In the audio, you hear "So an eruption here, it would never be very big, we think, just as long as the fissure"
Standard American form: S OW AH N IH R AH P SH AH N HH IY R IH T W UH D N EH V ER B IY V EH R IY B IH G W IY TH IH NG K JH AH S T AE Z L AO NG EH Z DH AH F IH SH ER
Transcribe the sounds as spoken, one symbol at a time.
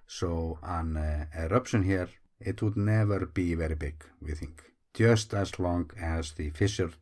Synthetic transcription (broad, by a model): S OW AH N IH R AH P SH AH N HH IY R IH T W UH D N EH V ER B IY V EH R IY B IH G W IY TH IH NG K JH AH S T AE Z L AO NG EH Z DH AH F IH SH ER